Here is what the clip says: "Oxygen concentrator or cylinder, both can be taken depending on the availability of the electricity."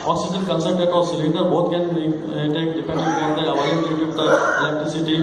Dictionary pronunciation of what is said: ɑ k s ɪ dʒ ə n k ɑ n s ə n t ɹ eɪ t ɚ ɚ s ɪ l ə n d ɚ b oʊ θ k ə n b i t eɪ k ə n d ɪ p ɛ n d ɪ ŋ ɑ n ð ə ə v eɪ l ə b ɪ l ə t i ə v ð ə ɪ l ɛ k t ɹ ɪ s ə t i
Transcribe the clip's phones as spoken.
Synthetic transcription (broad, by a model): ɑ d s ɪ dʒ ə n k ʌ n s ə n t eɪ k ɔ s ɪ l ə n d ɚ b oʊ t k ə n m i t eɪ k d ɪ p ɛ n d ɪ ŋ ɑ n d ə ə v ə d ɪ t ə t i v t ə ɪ l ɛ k t ɹ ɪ s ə t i